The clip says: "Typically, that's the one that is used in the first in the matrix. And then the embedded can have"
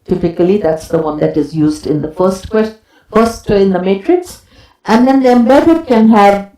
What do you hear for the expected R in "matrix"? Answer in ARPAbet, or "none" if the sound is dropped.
R